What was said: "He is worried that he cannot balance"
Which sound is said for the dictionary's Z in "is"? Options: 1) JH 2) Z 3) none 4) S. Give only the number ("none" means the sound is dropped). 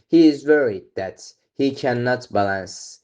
2